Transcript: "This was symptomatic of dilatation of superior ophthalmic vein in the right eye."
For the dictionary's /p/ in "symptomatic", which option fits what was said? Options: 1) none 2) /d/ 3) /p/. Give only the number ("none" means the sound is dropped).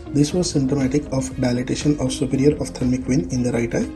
1